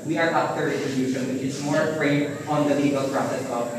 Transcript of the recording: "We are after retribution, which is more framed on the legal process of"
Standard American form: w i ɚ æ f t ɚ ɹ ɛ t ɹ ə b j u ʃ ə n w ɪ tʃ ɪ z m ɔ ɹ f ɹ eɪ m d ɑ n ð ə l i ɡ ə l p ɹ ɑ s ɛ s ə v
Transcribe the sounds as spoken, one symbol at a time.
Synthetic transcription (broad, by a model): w i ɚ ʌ p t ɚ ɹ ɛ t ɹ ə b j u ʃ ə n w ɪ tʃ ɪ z m ɔ ɹ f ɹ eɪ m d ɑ n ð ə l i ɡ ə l p ɹ ɑ s ɛ s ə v